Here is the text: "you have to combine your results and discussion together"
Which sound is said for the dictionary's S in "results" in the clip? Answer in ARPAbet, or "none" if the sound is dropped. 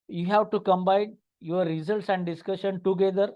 S